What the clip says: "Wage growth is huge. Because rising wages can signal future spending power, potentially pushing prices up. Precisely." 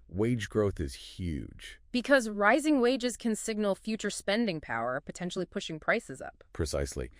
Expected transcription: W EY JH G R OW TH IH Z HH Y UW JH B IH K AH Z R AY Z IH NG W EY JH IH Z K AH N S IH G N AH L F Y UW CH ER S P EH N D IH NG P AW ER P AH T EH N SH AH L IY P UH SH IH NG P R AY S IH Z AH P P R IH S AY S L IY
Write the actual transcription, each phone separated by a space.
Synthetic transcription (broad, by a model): W EY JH G R OW TH IH Z HH Y UW JH B IH K AH Z R AY Z IH NG W EY JH IH Z K AH N S IH G N L F Y UW CH ER S P EH N D IH NG P AW ER P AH T EH N SH L IY P UH SH IH NG P R AY S IH Z AH P P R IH S AY S L IY